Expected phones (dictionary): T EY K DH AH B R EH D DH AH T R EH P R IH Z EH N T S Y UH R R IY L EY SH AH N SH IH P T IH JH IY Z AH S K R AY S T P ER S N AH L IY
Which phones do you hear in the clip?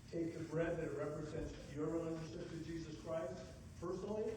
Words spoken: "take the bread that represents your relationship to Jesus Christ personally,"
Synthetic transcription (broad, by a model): T EY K DH AH B R EH D DH AH T R EH P R IH Z EH N T S Y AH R R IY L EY AH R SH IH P T IH JH IY Z AH S K R AY S T P ER S N L IY